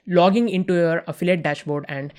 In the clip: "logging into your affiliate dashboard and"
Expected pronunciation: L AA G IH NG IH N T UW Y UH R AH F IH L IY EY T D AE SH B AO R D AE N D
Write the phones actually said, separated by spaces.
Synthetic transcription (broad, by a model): L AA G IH NG IH N T UW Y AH R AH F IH L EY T D AE SH B AO R D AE N D